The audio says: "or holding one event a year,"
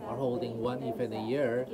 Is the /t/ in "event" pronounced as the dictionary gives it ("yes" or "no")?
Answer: no